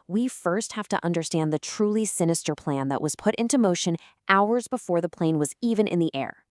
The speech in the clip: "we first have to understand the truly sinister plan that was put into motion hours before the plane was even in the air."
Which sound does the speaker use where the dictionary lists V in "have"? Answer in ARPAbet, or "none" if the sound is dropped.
F